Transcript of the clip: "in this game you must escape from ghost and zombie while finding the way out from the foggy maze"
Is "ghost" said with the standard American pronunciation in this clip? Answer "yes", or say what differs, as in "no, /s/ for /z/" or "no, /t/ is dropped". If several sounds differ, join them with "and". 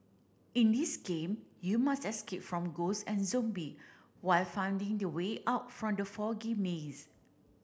no, /t/ is dropped